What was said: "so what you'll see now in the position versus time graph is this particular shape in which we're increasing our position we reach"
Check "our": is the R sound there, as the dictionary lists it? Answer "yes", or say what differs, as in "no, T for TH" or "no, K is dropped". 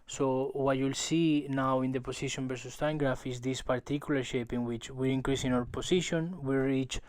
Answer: no, W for R